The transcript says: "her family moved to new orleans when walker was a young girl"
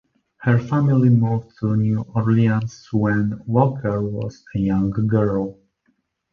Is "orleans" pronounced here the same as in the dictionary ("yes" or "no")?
no